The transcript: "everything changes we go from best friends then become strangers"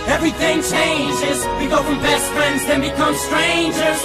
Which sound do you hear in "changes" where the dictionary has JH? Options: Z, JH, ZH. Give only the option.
JH